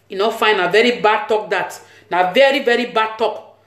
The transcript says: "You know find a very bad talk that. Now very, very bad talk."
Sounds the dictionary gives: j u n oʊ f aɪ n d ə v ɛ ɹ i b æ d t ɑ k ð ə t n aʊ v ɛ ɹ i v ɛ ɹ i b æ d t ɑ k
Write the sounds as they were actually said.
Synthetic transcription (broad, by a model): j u n oʊ f aɪ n ə v ɛ ɹ i b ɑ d t ɑ k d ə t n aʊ v ɛ ɹ i v ɛ ɹ i b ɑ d t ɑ k